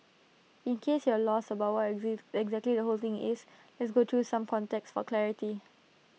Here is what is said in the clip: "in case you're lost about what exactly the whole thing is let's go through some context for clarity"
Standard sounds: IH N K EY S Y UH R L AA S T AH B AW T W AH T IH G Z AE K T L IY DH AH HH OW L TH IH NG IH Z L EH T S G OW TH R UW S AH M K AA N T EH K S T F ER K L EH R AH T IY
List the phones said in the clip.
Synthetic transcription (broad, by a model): IH N K EY S Y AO L AA S AH B AW T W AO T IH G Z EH K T L IY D AH HH OW L T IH NG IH S L EH T S G OW T R UW S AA M K AA N T EH K S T F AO K L EH R AH T IY